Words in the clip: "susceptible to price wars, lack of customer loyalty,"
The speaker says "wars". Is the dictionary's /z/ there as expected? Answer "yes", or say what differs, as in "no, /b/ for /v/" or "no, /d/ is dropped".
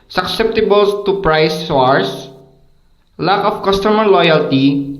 no, /s/ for /z/